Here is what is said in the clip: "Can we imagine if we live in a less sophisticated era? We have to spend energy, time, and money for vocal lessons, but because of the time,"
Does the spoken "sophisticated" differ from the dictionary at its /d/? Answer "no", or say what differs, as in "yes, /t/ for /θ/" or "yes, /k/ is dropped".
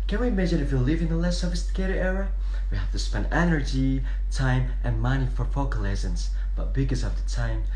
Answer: yes, /d/ is dropped